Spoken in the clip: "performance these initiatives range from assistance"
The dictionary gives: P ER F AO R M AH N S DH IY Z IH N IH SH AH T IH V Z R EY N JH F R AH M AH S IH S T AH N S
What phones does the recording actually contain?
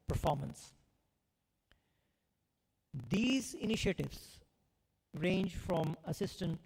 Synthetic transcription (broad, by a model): P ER F AO R M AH N S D IY Z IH N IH SH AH T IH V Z R EY N JH F R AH M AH S IH S T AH N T